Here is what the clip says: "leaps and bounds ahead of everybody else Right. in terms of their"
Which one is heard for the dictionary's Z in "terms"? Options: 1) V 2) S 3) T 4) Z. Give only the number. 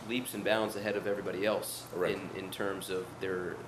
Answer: 4